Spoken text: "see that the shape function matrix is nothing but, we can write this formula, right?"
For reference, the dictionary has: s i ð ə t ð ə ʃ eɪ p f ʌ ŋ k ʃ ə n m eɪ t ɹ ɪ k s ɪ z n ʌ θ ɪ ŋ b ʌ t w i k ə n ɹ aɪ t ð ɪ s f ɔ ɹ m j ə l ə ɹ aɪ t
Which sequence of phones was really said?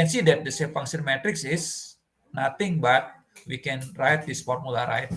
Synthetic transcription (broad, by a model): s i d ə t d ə s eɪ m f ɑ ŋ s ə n m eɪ t ɹ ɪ k s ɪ s n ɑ t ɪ ŋ b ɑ t w i k ə n ɹ aɪ t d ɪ s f ɔ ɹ m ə l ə ɹ aɪ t